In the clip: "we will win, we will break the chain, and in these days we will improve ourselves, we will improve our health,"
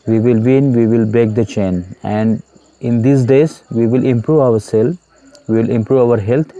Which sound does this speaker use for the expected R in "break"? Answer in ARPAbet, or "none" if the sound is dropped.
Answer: none